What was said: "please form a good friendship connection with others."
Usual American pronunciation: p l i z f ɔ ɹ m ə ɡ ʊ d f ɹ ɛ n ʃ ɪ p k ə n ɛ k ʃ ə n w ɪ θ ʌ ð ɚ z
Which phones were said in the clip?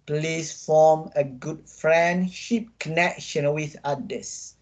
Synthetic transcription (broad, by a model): p l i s f ɔ m ə ɡ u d f ɹ ɛ n ʃ ɪ p k ə n ɛ k ʃ ə n w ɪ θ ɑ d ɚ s